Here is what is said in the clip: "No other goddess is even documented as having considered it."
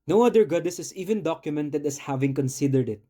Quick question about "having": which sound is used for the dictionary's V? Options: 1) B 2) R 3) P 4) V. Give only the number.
4